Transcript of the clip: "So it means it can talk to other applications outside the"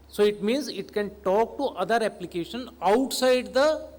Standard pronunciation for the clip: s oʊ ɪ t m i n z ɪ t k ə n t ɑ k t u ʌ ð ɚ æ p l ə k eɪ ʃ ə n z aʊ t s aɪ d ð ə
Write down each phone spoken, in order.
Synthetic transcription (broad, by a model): s oʊ ɪ t m i n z ɪ t k ə n t ɑ k t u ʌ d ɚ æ p l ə k eɪ ʃ ə n aʊ t s aɪ d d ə